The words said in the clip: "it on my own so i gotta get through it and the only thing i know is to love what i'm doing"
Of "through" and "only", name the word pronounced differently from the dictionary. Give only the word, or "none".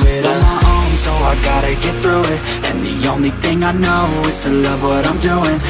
none